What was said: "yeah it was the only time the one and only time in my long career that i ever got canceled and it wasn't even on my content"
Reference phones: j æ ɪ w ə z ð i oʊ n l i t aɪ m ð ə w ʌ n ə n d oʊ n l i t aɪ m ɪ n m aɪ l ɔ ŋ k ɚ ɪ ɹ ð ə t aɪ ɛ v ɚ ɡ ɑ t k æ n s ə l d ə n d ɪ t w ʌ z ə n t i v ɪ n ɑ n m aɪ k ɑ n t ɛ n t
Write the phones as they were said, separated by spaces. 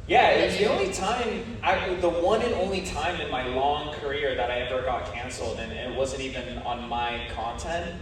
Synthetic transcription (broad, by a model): j æ ɪ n ð i oʊ n l i t aɪ m ð ə w ʌ n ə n oʊ n l i t aɪ m ɪ n m aɪ l ɔ ŋ k ɚ ɪ ɹ ð ə t aɪ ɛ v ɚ ɡ ɑ t k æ n s l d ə n ɪ t w ʌ z ə n t i v ɪ n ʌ n m aɪ k ɑ n t ɛ n t